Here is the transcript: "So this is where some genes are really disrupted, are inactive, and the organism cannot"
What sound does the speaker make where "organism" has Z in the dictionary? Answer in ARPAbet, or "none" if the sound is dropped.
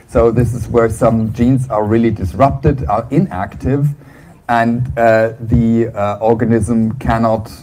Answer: Z